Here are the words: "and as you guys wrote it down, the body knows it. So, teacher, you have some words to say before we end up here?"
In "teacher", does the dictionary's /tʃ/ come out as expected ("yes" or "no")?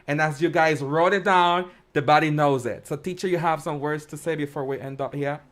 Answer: yes